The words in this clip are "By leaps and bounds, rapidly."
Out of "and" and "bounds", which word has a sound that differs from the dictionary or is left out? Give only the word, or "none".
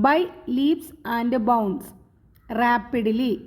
bounds